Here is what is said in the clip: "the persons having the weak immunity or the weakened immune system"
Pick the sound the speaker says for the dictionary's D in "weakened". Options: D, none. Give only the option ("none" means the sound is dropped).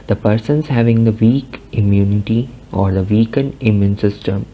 none